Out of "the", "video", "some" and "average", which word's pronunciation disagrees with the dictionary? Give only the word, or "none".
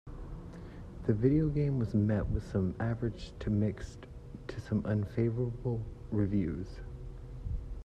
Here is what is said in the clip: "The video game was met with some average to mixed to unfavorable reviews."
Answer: none